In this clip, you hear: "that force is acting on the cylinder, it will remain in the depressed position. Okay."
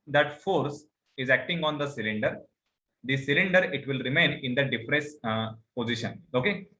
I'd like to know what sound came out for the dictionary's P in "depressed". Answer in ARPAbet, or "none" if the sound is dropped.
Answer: F